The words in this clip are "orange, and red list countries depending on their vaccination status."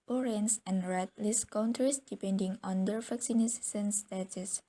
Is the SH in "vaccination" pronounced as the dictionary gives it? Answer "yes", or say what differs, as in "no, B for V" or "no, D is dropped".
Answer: no, S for SH